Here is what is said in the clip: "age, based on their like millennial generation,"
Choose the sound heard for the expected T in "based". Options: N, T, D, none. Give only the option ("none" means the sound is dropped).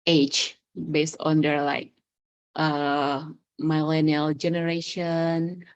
T